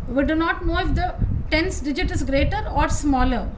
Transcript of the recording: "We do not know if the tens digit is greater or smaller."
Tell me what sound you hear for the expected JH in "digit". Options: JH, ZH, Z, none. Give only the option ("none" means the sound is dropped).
JH